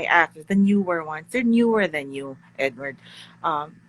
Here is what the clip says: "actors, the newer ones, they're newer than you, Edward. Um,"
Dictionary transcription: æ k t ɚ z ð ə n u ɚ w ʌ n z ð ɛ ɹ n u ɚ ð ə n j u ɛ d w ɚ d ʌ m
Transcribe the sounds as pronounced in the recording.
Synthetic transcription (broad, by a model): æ k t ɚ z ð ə n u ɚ w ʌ n s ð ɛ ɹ n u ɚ ð ə n j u ɛ d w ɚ d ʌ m